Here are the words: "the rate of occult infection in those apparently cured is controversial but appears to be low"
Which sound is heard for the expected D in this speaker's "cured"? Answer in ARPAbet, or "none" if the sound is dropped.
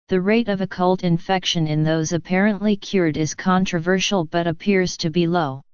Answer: D